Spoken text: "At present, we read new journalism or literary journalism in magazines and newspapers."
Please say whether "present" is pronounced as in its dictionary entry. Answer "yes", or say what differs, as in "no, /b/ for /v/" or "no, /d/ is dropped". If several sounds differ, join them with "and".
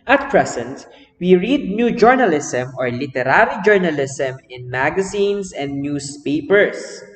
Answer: no, /s/ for /z/